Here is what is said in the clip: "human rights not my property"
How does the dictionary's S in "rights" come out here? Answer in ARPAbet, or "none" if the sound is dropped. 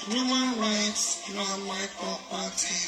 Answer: S